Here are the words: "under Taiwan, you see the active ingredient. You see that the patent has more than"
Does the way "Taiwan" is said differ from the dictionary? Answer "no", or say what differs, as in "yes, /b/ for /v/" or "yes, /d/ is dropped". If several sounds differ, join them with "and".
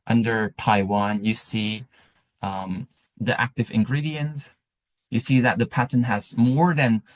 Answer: no